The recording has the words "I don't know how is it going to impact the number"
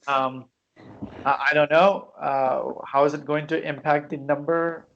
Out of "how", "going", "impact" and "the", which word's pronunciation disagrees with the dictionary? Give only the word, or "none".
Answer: none